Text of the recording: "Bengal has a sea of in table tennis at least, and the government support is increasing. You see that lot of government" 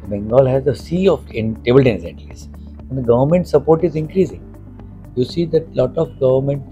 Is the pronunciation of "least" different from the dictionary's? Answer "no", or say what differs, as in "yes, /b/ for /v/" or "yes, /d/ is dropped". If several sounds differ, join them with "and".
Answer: yes, /t/ is dropped